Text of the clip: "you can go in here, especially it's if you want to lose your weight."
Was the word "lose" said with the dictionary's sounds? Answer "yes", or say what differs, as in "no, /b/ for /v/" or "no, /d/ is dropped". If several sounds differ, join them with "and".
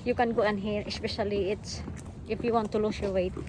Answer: no, /s/ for /z/